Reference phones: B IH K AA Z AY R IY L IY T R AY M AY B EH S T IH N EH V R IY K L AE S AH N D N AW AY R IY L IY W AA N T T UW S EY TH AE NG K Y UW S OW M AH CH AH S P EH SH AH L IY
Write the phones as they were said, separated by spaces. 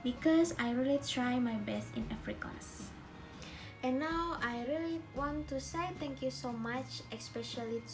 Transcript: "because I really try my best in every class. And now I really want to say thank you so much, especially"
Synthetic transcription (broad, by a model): B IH K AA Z AY R IY L IY T R AY M AY B EH S T IH N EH F R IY K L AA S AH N N AW AY R IY L IY W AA N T T UW S EY T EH NG K Y UW S OW M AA CH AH S P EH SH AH L IY